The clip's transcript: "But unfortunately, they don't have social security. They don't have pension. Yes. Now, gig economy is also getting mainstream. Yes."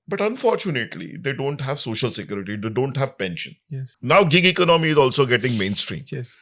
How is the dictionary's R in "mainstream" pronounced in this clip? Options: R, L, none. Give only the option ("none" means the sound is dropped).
R